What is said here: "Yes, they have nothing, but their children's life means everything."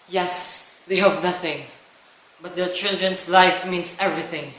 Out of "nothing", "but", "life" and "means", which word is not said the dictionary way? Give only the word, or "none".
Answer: means